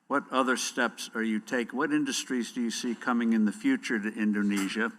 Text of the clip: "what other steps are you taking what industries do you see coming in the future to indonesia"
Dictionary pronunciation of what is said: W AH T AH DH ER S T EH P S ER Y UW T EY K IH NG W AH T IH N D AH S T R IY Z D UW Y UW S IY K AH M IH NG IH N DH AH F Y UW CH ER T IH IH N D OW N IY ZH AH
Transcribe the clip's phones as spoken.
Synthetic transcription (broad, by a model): W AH T AH DH ER S T EH P S ER Y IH T EY IH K W AH T IH N D AH S T R IY Z D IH Y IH S IY K AH M IH NG IH N DH AH F Y UW CH ER T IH IH N D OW N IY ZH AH